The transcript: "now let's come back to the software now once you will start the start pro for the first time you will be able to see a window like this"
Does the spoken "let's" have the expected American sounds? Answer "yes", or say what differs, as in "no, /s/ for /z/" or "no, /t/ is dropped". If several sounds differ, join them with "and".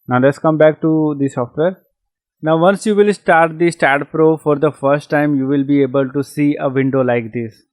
yes